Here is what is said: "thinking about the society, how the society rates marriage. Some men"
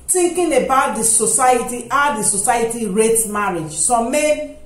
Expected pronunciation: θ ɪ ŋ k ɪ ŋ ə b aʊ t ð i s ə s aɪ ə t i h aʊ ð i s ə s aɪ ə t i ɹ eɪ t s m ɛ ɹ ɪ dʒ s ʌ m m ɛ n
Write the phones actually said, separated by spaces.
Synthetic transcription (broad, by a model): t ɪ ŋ k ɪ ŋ ə b aʊ t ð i s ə s aɪ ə t i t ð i s ə s aɪ ə t i ɹ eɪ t m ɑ ɹ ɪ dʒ s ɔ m m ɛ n